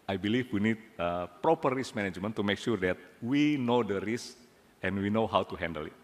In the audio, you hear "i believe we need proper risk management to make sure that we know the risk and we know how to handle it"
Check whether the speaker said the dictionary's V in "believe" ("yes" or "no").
no